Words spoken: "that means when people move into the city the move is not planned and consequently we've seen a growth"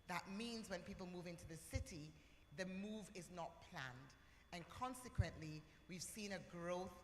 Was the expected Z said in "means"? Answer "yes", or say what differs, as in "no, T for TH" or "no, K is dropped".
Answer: yes